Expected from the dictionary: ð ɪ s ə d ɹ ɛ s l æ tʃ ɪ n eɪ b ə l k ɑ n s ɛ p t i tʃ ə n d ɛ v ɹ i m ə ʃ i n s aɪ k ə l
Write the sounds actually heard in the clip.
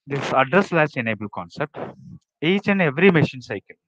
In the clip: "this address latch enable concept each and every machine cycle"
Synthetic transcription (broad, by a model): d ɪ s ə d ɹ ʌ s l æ s ɪ n eɪ b ə l k ɑ n s ɛ p t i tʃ ə n d ɛ v ɹ i m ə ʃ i n s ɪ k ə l